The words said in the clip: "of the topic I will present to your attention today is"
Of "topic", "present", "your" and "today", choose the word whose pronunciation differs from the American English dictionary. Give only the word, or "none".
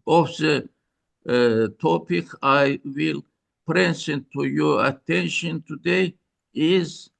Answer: present